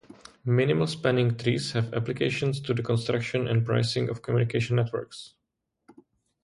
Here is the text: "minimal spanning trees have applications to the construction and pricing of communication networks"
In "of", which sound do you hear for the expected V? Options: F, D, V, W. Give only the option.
F